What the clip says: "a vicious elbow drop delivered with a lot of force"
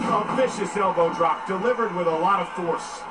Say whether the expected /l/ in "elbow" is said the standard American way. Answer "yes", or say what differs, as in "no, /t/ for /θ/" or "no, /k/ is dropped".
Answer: yes